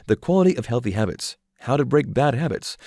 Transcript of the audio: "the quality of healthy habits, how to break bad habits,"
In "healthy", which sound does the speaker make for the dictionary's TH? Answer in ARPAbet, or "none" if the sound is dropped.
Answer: TH